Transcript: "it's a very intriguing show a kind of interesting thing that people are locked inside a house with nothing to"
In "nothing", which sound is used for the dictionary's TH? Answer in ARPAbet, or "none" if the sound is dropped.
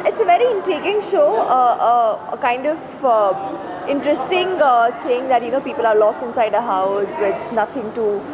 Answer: T